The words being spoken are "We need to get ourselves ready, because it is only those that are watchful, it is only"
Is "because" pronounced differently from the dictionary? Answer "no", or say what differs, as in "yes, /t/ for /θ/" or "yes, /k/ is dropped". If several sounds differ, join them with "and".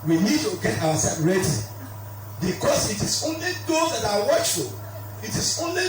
yes, /s/ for /z/